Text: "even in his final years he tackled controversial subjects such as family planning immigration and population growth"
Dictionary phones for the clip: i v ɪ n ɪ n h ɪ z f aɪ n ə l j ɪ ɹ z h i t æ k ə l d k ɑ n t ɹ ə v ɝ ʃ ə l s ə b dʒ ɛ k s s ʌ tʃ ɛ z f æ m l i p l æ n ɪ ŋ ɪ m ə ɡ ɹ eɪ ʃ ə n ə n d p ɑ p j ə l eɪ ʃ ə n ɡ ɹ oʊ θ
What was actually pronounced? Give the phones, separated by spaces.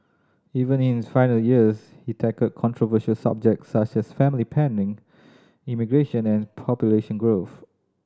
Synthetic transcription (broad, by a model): i v ɪ n ɪ n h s f aɪ n ə l j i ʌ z h i t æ k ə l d k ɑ n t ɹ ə v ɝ ʃ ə l s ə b dʒ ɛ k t s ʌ tʃ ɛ s f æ m l i p æ n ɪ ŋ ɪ m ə ɡ ɹ eɪ ʃ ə n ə n p ɑ p j ə l eɪ ʃ ə n ɡ ɹ oʊ θ